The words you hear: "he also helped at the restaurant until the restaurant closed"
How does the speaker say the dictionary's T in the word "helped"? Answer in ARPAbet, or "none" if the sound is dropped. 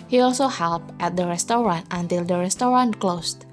T